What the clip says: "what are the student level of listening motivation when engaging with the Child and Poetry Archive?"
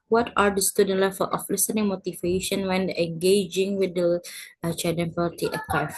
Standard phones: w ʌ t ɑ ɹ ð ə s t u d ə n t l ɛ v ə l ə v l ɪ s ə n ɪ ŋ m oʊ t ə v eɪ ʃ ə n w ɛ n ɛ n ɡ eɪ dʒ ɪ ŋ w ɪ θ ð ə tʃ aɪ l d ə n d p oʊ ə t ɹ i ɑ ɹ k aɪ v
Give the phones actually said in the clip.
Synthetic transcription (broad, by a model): w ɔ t ɑ ɹ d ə s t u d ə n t l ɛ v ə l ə f l ɪ s ə n ɪ ŋ m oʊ t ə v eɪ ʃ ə n w ɛ n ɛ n ɡ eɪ dʒ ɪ ŋ w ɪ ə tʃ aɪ d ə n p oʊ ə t i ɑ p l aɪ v